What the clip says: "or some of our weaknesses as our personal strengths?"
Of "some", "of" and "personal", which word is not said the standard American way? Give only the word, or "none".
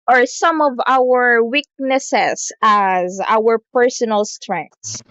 none